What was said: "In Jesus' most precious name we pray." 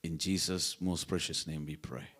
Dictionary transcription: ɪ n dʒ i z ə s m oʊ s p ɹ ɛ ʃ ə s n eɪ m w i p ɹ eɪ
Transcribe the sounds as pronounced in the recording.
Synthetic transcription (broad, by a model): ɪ n dʒ i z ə s m oʊ s p ɹ ɛ ʃ ə s n eɪ m w i p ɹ eɪ